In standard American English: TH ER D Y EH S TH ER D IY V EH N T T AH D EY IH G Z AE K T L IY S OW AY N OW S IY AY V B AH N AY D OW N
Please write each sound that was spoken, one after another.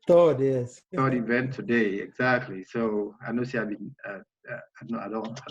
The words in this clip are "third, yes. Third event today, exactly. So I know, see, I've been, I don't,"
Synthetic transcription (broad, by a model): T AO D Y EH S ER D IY V EH N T T AH D EY IH G Z AE K T L IY S OW AY N OW S IY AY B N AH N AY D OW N